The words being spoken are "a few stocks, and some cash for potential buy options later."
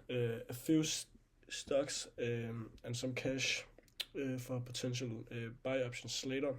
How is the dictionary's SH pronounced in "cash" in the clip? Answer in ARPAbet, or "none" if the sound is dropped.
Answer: SH